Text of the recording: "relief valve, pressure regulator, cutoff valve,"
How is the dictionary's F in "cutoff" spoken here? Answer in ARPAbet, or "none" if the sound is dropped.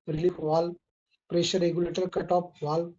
P